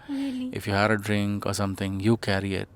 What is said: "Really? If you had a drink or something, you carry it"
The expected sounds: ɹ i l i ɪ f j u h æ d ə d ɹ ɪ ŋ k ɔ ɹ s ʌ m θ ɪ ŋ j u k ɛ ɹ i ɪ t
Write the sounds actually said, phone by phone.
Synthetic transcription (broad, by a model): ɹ ɪ f j u h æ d ə d ɹ ɪ ŋ k ɔ ɹ s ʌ m t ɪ ŋ j u k ɛ ɹ i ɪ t